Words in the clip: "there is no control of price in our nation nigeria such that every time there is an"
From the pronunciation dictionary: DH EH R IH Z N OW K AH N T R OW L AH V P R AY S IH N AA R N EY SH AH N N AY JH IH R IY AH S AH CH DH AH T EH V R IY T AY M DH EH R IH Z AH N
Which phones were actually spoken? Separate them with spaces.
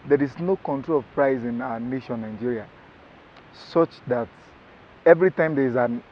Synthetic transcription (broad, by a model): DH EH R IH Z N OW K AH N T R OW L AH V P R AY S IH N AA N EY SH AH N N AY JH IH R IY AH S AH CH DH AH T EH V R IY T AY M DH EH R IH Z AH N